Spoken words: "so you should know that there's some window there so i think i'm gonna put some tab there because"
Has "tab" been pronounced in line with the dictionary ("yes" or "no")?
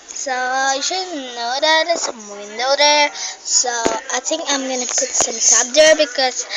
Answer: no